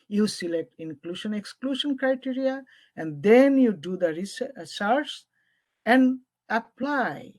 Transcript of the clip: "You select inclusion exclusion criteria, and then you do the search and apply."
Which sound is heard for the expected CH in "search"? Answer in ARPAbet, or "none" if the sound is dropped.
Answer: S